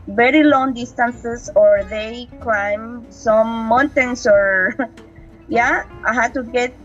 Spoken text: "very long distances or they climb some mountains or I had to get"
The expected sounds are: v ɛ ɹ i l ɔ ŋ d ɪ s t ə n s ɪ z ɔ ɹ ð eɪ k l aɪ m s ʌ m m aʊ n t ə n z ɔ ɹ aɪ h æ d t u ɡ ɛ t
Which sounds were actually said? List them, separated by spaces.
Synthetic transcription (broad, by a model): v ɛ ɹ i l ɔ ŋ d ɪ s t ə n s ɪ s ɔ ɹ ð eɪ k l aɪ m s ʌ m m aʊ n t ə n s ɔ ɹ aɪ h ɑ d t u ɡ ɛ t